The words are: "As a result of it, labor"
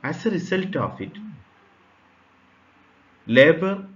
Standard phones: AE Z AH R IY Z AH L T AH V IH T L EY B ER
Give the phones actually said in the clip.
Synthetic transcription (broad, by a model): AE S AH R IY S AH L T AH F IH T L EY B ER